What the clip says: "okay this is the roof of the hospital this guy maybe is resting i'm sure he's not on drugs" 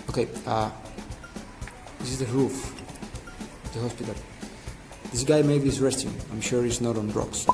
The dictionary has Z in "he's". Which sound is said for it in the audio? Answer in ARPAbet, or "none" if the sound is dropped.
S